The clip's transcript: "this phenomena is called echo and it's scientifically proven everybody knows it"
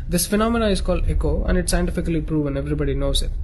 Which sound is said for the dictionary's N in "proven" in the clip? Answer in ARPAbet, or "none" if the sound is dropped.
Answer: N